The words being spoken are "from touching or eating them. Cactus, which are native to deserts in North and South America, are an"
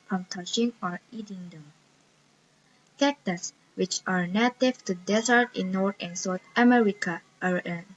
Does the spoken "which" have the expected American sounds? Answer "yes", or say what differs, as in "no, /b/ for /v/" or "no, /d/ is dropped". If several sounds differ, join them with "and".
yes